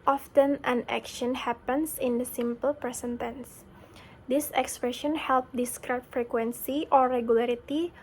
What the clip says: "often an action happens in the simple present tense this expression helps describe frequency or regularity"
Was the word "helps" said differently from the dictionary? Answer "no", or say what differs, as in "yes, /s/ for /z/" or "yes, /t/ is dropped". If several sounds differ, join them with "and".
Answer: yes, /s/ is dropped